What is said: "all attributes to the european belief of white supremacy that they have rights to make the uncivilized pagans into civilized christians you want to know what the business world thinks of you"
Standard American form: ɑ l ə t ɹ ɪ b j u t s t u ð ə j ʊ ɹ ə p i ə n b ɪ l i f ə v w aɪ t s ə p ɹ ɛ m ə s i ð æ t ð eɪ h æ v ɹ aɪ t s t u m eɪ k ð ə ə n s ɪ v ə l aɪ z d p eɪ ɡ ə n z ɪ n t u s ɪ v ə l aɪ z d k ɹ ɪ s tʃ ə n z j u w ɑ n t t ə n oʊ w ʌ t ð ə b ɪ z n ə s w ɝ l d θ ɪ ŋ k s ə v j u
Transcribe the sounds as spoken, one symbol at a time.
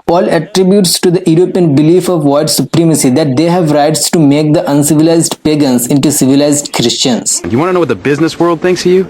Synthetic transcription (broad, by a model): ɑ l ə t ɹ ɪ b j u t s t u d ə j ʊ ɹ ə p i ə n b ɪ l i f ə v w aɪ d s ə p ɹ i m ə s i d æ t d eɪ h æ v ɹ aɪ t s t u m eɪ k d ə ə n s ɪ v ə l aɪ z d p eɪ ɡ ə n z ɪ n t u s ɪ v ə l aɪ z d k ɹ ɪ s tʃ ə n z j u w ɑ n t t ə n oʊ w ʌ t ð ə b ɪ z n ə s w ɝ l d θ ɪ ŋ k s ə j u